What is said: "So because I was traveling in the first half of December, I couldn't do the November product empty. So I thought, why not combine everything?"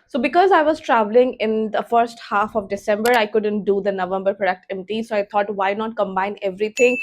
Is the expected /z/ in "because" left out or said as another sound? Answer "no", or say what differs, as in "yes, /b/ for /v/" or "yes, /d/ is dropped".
no